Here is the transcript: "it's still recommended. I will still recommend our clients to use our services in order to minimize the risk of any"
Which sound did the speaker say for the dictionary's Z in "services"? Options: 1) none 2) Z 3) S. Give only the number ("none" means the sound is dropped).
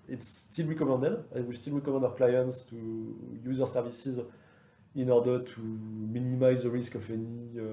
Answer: 2